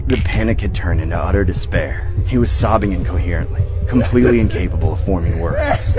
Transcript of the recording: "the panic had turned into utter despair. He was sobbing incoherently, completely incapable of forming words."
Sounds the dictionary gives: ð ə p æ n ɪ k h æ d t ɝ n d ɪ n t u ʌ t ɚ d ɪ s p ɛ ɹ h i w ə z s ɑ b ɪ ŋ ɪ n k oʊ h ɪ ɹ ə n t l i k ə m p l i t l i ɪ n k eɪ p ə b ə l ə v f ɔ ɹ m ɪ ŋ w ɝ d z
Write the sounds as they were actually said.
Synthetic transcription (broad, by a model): ð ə p æ n ɪ k h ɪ d t ɝ n d ɪ n t u ʌ t ɚ d ɪ s p ɛ ɹ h i w ə z s ɑ b ɪ ŋ ɪ n k oʊ h ɪ ɹ ə n t l i k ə m p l i t l i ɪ n k eɪ p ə b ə l ə v f ɔ ɹ m ɪ ŋ w ɝ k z